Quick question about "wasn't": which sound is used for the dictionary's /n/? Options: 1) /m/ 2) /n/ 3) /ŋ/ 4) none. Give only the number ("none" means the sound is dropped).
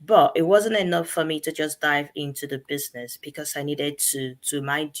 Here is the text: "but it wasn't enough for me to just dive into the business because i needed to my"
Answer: 2